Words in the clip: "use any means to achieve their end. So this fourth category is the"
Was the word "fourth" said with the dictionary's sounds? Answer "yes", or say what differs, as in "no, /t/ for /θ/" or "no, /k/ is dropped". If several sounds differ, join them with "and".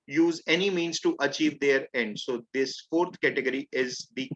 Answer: no, /t/ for /θ/